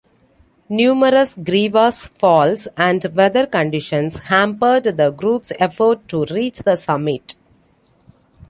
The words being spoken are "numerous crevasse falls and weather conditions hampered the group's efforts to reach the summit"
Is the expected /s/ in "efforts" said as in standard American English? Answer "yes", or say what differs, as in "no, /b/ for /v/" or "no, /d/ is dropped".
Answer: no, /s/ is dropped